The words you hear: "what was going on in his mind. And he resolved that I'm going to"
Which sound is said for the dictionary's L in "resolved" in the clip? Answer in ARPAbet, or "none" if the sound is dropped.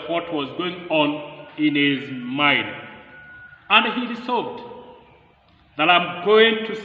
none